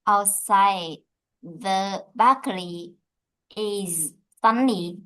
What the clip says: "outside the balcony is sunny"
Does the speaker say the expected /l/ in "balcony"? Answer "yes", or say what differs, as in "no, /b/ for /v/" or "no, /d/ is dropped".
no, /l/ is dropped